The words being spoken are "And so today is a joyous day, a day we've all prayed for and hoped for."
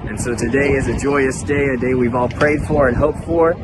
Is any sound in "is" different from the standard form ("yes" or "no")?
no